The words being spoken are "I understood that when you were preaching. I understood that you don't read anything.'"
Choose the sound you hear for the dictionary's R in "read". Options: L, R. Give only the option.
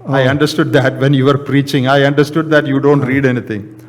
R